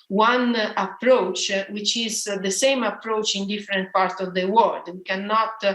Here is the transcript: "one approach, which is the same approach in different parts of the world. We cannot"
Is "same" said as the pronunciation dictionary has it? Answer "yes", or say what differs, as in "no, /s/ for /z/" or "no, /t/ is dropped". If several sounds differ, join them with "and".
yes